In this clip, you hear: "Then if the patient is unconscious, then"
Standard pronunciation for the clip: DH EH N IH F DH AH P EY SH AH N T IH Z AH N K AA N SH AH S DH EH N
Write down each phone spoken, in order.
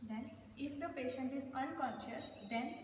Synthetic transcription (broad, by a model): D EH N IH F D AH P EY SH AH N T IH Z AH N K AA N SH AH S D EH N